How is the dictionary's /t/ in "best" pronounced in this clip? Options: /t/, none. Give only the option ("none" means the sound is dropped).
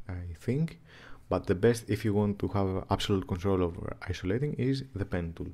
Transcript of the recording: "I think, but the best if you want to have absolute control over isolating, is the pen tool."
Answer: /t/